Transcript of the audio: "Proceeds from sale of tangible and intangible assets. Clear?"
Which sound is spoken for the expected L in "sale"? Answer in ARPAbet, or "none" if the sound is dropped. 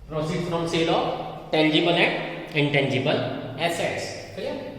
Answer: L